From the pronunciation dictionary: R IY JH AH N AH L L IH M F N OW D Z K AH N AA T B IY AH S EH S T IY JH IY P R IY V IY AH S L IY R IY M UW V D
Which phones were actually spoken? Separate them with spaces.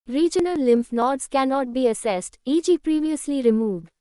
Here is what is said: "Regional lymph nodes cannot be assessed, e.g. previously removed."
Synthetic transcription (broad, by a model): R IY JH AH N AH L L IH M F N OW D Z K AH N AA T B IY AH S EH S T IY JH IY P R IY V IY AH S L IY R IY M UW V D